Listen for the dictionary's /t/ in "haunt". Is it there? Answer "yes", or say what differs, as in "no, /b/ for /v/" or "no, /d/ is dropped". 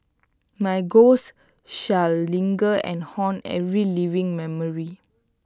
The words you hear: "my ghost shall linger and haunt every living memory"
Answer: no, /t/ is dropped